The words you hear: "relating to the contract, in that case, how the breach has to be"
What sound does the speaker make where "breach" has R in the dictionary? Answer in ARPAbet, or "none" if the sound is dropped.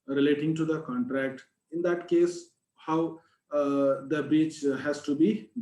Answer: none